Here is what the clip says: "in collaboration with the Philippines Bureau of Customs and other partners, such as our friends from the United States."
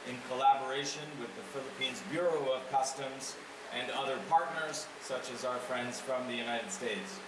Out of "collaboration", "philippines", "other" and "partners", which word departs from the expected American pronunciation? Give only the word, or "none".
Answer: none